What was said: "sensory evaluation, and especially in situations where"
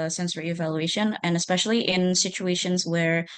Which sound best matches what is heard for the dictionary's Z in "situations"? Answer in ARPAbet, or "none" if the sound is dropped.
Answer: Z